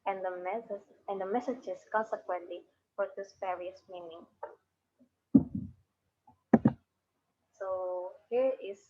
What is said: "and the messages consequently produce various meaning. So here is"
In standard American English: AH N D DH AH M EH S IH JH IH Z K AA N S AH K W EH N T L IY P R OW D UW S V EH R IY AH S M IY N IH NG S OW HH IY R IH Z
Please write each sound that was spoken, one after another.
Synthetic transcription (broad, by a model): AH N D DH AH M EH S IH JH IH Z K AA N S AH K W EH N T L IY F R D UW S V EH R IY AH S M IY N IH NG S OW HH IY R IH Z